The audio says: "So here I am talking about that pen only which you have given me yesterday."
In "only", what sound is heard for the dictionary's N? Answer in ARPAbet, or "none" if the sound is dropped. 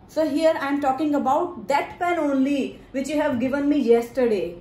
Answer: N